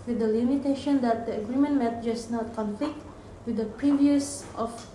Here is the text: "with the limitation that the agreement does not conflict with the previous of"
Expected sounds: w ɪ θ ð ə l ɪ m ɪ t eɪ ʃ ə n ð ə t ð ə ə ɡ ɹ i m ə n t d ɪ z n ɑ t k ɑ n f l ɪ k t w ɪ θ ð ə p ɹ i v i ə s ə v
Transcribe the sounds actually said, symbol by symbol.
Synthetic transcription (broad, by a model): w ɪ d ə l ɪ m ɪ t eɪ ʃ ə n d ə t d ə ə ɡ ɹ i m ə n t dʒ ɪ s n ɑ t k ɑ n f l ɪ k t w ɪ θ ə p ɹ i v i ə s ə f